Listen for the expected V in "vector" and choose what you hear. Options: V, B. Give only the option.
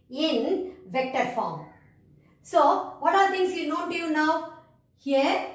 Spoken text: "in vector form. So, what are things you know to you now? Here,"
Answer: V